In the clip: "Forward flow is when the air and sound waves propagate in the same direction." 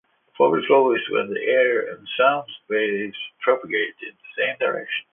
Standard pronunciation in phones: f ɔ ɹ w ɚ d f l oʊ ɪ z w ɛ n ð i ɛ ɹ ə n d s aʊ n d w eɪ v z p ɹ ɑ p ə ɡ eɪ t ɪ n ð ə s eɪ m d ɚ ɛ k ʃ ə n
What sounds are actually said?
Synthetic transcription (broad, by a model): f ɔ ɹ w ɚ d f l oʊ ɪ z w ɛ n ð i ɛ ɹ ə n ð s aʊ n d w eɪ z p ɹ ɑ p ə ɡ eɪ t ɪ n ð ə s eɪ m d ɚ ɛ k ʃ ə n